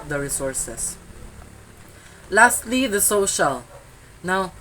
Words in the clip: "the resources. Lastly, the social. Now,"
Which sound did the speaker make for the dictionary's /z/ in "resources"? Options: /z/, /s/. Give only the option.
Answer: /s/